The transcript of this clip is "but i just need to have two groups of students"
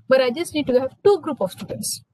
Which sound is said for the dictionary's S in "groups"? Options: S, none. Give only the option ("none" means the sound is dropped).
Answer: none